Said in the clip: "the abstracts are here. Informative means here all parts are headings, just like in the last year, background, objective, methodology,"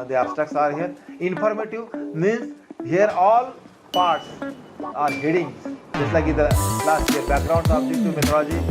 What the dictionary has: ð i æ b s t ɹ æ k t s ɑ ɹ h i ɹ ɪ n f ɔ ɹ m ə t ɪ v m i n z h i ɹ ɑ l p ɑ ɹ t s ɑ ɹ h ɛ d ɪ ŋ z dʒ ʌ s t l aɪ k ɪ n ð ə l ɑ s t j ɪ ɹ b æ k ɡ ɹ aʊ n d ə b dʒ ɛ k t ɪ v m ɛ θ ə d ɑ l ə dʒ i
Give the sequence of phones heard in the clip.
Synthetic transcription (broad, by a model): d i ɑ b s t æ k s ɑ ɹ h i ɹ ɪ n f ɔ ɹ m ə t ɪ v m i n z h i ɹ ɑ l p ɑ ɹ t s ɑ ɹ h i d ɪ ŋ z dʒ ʌ s t l aɪ k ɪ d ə l ɑ s t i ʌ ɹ b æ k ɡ ɹ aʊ n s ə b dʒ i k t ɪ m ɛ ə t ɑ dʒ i